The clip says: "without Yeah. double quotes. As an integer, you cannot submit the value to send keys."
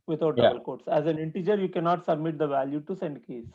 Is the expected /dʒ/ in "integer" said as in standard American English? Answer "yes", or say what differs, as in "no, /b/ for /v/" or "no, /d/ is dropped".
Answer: yes